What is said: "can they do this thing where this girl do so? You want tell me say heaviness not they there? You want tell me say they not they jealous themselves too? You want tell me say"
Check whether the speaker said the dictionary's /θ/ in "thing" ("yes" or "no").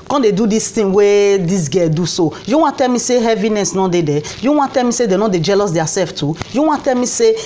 no